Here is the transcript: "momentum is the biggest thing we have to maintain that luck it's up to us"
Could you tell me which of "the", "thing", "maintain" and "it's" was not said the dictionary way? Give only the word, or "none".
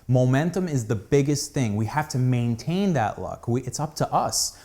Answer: none